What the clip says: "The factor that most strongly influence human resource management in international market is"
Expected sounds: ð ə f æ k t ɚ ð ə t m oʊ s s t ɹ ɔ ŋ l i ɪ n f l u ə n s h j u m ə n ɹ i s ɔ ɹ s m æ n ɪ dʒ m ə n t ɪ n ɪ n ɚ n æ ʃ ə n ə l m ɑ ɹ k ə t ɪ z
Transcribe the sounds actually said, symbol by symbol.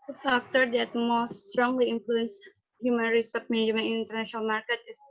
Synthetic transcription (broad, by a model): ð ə f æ k t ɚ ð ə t m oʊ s s t ɹ ɔ ŋ l i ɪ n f l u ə n s h j u m ə n ɹ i s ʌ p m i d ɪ m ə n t ɪ n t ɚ n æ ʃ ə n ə l m ɑ ɹ k ə t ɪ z